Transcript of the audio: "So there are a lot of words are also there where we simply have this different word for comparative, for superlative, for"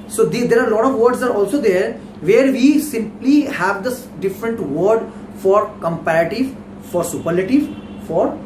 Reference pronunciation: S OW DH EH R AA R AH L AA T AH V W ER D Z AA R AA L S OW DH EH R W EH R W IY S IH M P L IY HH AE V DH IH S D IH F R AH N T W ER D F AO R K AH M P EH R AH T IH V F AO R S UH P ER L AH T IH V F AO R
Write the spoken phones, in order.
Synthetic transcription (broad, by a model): S OW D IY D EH R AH L AA T AH V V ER D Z AA R AA L S OW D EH R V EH R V IY S IH M P L IY HH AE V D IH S D IH F R AH N T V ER D F AO R K AH M P EH R AH T IH V F AO R S UH P ER L AH T IH V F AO R